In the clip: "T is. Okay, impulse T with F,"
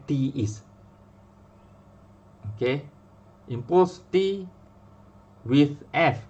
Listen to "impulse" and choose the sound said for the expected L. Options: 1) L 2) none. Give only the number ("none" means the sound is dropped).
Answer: 2